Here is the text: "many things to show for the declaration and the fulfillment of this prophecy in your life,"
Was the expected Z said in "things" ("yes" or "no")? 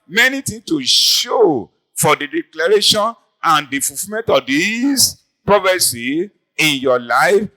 no